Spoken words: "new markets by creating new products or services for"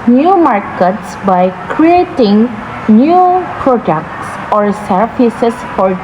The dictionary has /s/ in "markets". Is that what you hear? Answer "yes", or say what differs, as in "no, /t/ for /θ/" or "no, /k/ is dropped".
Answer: yes